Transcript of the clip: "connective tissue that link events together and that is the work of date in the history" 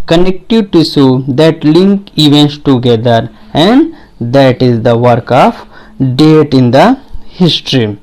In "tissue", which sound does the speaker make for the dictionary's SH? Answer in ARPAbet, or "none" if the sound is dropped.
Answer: S